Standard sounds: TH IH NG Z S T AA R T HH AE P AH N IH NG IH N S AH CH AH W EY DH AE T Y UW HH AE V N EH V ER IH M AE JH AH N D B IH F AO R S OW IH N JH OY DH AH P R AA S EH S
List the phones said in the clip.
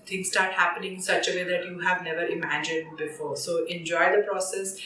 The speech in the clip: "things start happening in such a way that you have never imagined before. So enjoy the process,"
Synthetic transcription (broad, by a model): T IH NG S T AA R T HH AE P AH N IH NG IH N S AH CH AH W EY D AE T Y UW HH AE V N EH V ER IH M AE JH AH N D B IH F AO R S OW IH N JH OY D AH P R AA S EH S